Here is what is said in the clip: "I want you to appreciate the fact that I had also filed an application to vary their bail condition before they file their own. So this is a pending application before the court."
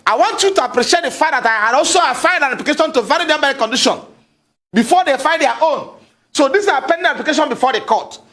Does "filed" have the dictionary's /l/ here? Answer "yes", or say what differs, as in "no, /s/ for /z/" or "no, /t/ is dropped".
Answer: no, /n/ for /l/